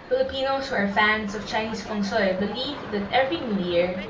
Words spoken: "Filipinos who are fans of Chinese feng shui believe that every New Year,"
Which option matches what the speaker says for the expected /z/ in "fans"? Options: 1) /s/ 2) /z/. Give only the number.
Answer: 1